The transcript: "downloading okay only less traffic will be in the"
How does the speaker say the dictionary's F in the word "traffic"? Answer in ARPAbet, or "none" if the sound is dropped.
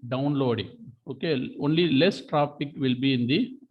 P